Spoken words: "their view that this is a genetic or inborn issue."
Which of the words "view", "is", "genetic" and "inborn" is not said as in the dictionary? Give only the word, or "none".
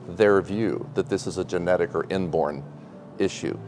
none